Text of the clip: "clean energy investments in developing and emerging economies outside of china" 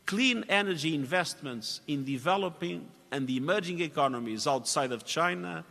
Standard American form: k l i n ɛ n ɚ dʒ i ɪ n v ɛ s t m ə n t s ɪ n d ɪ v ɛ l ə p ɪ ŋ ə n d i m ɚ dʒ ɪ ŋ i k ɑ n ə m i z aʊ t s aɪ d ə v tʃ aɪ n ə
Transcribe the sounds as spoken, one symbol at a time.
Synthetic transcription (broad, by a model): k l i n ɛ n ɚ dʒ i ɪ n v ɛ s t m ə n t s ɪ n d ɪ v ɛ l ə p ɪ ŋ ə n d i m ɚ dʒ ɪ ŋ i k ɑ n ə m i z aʊ t s aɪ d ə v tʃ aɪ n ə